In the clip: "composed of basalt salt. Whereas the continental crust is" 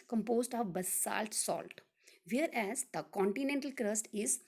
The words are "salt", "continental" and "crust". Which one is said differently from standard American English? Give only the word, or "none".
none